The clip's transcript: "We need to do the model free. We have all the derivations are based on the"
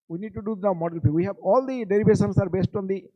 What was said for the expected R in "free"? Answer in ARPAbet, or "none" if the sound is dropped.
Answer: none